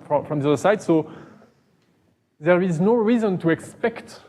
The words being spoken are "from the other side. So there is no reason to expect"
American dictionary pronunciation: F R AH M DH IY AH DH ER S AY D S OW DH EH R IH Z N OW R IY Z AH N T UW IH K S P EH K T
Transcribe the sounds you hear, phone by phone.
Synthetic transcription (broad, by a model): F R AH M DH IY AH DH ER S AY D S OW DH EH R IH Z N OW R IY Z AH N T UW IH K S P EH K T